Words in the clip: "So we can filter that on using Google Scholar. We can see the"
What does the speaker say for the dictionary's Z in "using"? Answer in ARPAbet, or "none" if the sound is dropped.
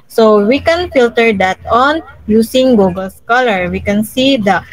S